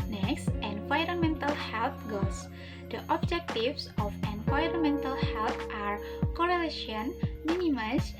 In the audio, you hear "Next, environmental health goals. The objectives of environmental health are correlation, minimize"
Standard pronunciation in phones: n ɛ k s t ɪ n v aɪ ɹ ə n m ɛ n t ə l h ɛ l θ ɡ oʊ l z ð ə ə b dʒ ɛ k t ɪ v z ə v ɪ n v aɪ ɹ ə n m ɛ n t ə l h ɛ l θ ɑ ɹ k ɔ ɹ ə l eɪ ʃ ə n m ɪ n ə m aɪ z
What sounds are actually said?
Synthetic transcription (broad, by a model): n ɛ k s t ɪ n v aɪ ɹ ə n m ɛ n t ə l h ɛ l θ ɡ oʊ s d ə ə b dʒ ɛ k t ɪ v s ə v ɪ n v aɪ ɹ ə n m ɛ n t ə l h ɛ l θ ɑ ɹ k ɔ ɹ ə l eɪ ʃ ə n m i n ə m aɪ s